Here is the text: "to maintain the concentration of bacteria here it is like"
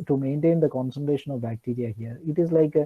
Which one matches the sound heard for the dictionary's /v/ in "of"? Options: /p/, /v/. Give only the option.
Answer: /v/